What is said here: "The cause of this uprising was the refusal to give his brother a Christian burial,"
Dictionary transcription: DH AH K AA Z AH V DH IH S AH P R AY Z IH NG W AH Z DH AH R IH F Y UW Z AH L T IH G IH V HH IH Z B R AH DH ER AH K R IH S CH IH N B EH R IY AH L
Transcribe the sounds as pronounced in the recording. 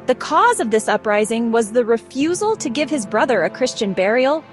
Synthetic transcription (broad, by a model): DH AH K AA Z AH V DH IH S AH P R AY Z IH NG W AH Z DH AH R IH F Y UW Z L T IH G IH V IH Z B R AH DH ER AH K R IH S CH IH N B EH R IY L